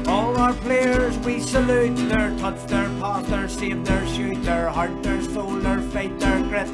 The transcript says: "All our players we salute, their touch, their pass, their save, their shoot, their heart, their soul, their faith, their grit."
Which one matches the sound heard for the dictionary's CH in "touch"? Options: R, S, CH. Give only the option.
S